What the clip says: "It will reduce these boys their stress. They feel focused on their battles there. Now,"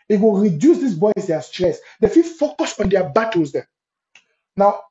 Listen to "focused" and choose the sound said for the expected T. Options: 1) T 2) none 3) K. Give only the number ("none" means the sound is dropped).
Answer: 2